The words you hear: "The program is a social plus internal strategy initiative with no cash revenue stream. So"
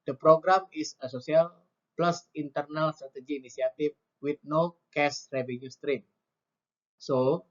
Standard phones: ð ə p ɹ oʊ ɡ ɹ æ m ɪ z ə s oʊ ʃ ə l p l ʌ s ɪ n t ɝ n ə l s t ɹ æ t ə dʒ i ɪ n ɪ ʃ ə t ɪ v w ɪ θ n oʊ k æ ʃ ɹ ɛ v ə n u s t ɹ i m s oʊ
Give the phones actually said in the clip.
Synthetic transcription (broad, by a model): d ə p ɹ oʊ ɡ ɹ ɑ m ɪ s ə s oʊ s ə l p l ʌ s ɪ n t ɝ n ə l s t ɹ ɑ t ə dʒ i n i s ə t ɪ f w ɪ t n oʊ k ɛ s ɹ ɛ v ə n u s t ɹ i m s oʊ